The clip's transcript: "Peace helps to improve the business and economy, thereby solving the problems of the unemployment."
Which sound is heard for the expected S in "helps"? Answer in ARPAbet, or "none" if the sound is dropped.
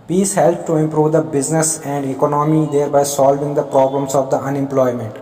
none